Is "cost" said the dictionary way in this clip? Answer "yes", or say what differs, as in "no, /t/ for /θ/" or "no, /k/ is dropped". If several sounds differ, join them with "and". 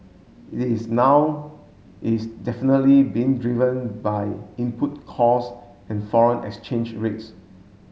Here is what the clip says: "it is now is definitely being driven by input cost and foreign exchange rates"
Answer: no, /t/ is dropped